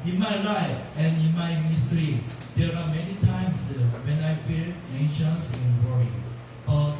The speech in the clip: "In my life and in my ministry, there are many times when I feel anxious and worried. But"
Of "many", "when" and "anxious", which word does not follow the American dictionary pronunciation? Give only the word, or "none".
anxious